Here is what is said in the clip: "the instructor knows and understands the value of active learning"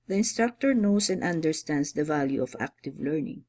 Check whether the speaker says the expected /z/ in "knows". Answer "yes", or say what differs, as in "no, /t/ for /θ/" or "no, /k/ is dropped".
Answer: no, /s/ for /z/